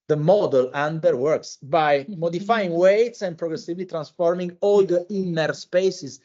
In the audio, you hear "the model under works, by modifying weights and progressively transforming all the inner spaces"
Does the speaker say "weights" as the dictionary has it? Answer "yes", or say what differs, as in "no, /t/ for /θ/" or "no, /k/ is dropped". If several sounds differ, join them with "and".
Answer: yes